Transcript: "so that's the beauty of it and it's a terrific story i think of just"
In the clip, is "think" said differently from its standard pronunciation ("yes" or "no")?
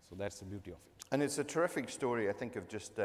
no